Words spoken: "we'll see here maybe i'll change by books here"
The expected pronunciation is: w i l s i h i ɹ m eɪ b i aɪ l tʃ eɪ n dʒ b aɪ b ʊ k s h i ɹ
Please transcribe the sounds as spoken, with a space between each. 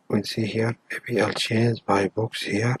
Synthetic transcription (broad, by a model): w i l s i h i ɹ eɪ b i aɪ l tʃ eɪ n z b aɪ b ʊ k s h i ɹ